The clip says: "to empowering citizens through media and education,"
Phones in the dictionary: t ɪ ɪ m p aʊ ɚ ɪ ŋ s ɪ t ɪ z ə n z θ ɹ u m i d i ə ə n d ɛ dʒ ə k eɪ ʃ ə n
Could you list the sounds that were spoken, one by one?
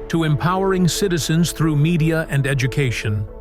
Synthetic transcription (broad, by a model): t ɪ ɪ m p aʊ ɚ ɪ ŋ s ɪ t ɪ z ə n z θ ɹ u m i d i ə ə n d ɛ dʒ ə k eɪ ʃ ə n